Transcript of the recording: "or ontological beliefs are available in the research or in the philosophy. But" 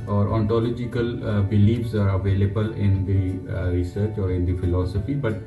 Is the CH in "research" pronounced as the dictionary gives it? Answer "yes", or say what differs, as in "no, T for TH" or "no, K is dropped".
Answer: yes